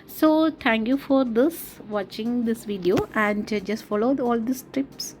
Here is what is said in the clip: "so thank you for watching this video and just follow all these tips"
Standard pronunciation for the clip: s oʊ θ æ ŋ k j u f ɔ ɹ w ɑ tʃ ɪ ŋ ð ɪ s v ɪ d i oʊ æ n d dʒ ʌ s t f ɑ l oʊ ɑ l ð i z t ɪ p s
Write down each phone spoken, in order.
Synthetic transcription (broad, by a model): s oʊ t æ ŋ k j u f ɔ ɹ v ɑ tʃ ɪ ŋ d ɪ s v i d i oʊ æ n d dʒ ʌ s t f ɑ l oʊ ɑ l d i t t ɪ p s